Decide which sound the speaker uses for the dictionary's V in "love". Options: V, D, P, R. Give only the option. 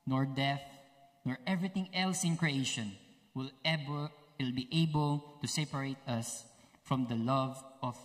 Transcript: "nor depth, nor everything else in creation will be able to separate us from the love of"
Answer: V